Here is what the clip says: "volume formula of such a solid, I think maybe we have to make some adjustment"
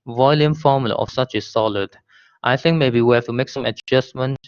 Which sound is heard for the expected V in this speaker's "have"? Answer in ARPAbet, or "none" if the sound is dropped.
F